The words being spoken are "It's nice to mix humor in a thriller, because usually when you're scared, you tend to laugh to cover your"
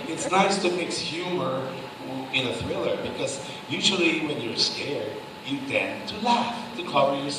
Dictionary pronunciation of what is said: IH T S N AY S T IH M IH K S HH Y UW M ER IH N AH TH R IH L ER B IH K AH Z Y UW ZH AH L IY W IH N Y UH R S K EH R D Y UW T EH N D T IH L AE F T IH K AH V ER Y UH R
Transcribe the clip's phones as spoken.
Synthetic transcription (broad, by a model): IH T S N AY S T IH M IH K S HH Y UW M ER IH N AH TH R IH L ER B IH K AH Z Y UW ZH L IY W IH N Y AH R S K EH R D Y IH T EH N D T IH L AE F T IH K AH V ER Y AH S